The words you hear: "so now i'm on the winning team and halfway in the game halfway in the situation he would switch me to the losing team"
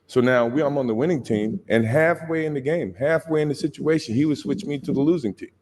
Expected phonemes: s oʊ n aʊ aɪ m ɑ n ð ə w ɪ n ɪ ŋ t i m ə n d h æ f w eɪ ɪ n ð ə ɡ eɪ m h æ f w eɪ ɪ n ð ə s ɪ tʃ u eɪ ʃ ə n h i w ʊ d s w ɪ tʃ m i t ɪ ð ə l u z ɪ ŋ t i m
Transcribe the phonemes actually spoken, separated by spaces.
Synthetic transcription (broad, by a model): s oʊ n aʊ aɪ m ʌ n ð ə w ɪ n ɪ ŋ t i m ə n h æ f w eɪ ɪ n ð ə ɡ eɪ m h æ f w eɪ ɪ n ð ə s ɪ tʃ u eɪ ʃ ə n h i w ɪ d s w ɪ tʃ m i t ɪ ð ə l u z ɪ ŋ t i m